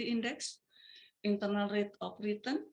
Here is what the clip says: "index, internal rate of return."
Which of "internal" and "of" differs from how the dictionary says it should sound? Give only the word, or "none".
of